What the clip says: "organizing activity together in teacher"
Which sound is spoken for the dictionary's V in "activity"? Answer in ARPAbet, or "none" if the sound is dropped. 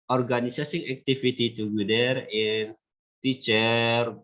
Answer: F